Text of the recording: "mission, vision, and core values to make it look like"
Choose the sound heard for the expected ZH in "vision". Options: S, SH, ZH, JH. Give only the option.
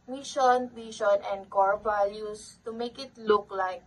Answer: SH